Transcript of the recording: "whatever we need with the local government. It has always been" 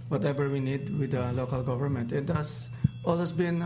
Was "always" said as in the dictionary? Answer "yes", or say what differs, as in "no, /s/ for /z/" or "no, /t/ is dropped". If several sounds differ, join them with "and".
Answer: no, /s/ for /z/